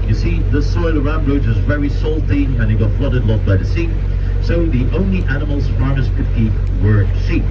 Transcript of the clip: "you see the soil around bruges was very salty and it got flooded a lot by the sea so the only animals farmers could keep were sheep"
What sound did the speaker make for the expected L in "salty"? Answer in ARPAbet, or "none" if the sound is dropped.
L